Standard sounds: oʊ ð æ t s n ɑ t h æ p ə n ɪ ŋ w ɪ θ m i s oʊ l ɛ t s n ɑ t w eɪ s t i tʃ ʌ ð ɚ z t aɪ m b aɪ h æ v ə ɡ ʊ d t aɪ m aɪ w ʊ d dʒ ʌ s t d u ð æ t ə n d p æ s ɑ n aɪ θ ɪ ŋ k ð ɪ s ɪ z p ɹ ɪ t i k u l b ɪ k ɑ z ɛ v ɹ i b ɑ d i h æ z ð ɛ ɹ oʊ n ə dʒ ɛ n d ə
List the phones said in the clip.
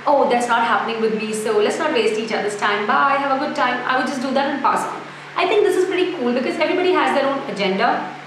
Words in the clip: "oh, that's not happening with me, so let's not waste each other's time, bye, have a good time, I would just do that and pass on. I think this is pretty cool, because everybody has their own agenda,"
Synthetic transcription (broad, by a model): oʊ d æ t s n ɑ t h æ p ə n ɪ ŋ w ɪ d m i s oʊ l ɛ t s n ɑ t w eɪ s t i tʃ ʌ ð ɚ s t aɪ m b aɪ h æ v ə ɡ ʊ d t aɪ m aɪ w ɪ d dʒ ʌ s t d u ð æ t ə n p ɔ s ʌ l aɪ t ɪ ŋ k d ɪ s ɪ z p ɹ ɪ t i k u l b ɪ k ɑ z ɛ v ɹ i b ɑ d i h æ z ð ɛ ɹ oʊ n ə dʒ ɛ n d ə